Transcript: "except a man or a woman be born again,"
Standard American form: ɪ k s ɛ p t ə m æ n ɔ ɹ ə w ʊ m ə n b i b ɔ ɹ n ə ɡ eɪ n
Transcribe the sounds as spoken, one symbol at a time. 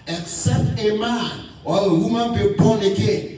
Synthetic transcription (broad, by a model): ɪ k s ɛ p t ə m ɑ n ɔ l ə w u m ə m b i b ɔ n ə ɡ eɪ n